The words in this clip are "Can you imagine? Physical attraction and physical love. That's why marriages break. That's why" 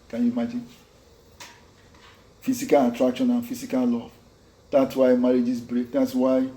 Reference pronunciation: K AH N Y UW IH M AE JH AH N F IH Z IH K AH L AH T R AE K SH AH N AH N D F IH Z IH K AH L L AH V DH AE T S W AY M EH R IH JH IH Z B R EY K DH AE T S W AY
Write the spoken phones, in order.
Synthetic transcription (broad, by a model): K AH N Y UW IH M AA JH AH N F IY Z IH K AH L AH T R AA K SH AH N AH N F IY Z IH K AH L L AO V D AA T S W AY M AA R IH JH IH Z B R EY K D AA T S W AY